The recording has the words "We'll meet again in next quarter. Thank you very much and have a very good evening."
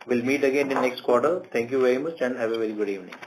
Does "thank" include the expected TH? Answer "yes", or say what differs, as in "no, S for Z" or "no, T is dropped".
no, T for TH